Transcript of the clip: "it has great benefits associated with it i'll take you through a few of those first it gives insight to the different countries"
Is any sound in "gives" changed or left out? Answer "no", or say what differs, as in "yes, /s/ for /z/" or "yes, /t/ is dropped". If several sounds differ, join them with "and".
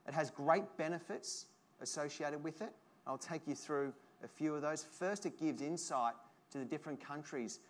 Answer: no